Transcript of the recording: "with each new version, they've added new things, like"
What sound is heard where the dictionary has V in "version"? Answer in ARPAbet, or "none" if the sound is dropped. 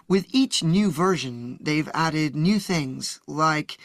V